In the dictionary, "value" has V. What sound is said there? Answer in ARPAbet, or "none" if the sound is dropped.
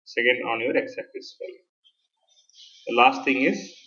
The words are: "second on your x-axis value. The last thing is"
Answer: F